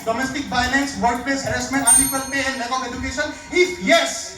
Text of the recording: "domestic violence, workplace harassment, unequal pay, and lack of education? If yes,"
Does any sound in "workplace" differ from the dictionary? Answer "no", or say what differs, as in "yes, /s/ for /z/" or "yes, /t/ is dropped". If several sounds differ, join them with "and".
yes, /l/ is dropped